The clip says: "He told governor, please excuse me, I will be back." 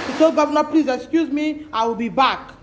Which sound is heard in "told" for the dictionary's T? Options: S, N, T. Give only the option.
S